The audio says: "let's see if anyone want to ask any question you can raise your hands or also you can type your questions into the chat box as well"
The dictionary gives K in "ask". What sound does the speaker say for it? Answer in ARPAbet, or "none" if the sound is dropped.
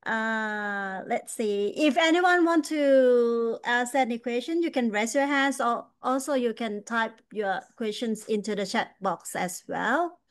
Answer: none